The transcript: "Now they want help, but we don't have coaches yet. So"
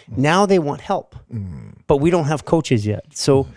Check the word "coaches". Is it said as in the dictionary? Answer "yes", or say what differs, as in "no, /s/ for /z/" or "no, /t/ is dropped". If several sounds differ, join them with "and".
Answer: yes